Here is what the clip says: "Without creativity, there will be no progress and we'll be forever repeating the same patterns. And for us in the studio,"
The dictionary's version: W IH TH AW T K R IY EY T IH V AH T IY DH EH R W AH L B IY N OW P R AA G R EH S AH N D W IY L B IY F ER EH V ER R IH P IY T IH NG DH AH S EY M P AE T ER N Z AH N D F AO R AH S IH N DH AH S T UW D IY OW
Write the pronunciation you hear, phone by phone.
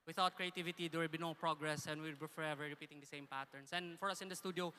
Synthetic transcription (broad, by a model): W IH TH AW T K R IY EY T IH V AH T IY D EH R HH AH B IY N OW P R AA G R EH S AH N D W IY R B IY F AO EH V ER R IH P IY T IH NG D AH S EY M P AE T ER N S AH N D F AO R AH S IH N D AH S T UW D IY OW